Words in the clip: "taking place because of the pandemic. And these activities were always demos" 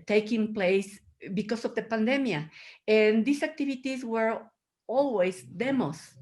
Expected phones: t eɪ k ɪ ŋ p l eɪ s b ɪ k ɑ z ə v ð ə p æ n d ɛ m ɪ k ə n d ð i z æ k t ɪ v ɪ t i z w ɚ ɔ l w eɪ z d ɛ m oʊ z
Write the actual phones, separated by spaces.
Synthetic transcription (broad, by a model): t eɪ k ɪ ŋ p l eɪ s b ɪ k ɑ s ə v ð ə p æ n d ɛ m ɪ ə n d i s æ k t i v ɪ t i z w ɚ ɔ l w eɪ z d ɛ m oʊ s